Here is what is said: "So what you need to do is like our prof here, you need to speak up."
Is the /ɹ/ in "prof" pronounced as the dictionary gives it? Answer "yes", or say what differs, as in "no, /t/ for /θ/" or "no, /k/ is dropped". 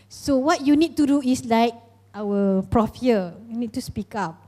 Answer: yes